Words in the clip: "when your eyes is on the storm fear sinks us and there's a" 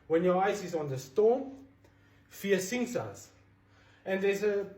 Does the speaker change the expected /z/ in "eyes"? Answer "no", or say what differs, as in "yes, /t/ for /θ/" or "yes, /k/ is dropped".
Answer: yes, /s/ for /z/